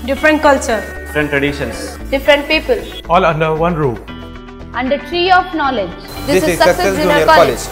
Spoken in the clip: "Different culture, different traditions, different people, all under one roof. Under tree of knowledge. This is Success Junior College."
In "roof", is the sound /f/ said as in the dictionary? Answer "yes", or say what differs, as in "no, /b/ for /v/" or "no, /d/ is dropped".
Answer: no, /f/ is dropped